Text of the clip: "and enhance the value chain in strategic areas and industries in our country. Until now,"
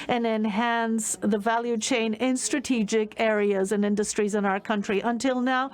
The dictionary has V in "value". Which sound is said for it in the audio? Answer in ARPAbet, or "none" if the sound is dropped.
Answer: V